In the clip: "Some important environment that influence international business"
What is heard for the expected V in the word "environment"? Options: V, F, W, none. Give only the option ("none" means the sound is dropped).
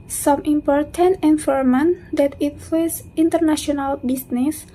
F